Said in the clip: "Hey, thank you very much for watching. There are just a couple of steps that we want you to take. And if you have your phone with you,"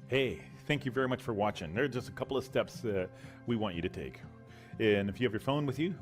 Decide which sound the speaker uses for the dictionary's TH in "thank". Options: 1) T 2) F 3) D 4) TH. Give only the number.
4